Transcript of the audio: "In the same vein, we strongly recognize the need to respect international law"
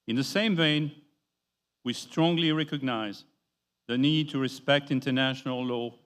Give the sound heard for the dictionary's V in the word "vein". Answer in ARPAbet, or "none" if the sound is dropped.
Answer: V